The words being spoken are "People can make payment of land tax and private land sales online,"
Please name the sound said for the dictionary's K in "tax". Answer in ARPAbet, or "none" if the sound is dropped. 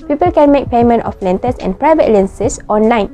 none